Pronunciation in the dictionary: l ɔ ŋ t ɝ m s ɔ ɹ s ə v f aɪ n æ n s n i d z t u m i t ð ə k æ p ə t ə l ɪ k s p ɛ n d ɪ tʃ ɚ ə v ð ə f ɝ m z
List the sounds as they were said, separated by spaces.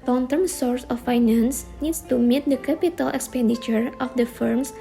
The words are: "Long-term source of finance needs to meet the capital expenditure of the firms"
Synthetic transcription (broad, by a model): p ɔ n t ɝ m s ɔ ɹ s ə f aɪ n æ n s n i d s t u m i t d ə k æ p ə t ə l ɪ k s p ɛ n d ɪ tʃ ɚ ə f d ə f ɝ m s